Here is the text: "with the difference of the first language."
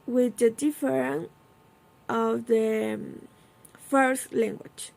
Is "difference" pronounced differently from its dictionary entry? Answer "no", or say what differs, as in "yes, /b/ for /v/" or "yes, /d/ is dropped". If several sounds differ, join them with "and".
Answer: yes, /s/ is dropped